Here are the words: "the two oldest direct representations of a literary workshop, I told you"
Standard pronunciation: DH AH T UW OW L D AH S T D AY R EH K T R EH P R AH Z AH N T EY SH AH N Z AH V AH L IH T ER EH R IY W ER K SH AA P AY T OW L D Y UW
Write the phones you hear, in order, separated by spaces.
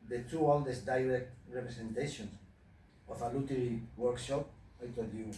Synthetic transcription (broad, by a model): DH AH T UW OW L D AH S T D AY R EH K T R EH P R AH S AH N T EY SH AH N S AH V AH L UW T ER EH R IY W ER K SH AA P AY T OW D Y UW